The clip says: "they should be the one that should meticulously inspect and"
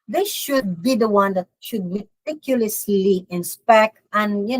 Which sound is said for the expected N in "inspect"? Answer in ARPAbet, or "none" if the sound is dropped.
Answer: N